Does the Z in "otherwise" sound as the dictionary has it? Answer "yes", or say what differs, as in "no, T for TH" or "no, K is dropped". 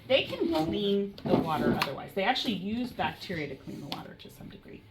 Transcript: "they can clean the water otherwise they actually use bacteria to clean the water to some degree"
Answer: yes